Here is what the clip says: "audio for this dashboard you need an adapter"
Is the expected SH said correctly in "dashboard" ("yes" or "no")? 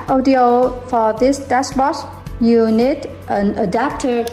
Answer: no